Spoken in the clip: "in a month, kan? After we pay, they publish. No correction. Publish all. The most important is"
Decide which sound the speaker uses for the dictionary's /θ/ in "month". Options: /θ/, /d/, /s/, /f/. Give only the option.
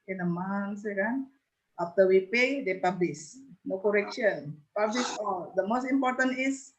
/s/